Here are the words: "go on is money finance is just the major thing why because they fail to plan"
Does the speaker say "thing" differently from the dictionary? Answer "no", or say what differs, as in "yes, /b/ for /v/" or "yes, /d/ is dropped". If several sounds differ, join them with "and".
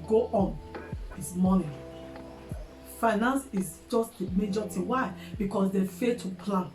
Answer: yes, /t/ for /θ/